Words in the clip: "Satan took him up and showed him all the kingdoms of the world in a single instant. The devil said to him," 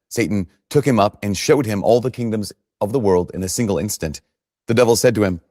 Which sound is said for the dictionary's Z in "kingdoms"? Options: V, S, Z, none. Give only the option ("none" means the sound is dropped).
Z